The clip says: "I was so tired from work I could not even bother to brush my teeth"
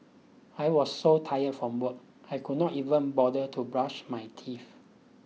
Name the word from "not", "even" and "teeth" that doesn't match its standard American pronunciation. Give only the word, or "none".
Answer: teeth